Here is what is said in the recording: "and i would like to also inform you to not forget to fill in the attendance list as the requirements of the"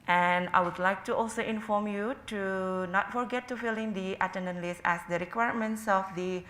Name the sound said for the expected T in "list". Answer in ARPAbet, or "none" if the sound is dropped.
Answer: none